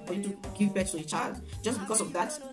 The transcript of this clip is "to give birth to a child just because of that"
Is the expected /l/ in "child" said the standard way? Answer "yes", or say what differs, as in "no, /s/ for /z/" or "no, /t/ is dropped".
yes